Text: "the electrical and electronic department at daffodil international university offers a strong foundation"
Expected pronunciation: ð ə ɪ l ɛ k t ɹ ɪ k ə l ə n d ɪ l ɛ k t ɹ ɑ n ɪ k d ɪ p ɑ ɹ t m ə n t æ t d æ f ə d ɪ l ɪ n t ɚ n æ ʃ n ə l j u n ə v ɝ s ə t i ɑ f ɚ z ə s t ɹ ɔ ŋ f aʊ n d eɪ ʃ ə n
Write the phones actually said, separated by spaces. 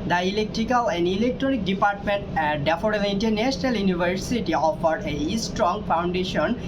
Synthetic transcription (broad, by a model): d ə ɪ l ɛ k t ɹ ɪ k ə l ə n d ɪ l ɛ k t ɹ ɑ n ɪ k d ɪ p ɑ ɹ t m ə n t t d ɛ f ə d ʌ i n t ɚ n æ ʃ n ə l j u n ə v ɝ s ə t i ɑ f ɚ ə s t ɹ ɔ ŋ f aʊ n d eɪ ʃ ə n